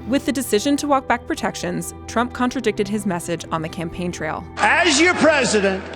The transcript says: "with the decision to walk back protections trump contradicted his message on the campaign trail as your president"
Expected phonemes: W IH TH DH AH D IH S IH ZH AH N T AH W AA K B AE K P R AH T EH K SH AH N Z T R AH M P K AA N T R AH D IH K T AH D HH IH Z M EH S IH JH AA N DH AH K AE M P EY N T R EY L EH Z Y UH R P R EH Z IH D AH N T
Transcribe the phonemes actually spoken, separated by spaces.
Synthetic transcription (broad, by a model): W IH DH AH D IH S IH ZH AH N T AH W AA K B AE K P R AH T EH K SH AH N Z T R AH M P K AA N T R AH D IH K T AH D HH IH Z M EH S IH JH N DH AH K AE M P EY N T R EY L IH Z Y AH R P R EH Z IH D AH N T